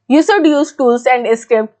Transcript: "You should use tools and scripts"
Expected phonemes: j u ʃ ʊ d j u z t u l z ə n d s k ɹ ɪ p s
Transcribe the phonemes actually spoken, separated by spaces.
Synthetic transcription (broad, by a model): j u s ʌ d j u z t u l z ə n d s k ɹ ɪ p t